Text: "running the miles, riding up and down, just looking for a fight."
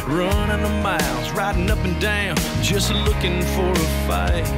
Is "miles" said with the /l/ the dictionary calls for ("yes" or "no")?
yes